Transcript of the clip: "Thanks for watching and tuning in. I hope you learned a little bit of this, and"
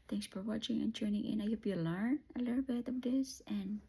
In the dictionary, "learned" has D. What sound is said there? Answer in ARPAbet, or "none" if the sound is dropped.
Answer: none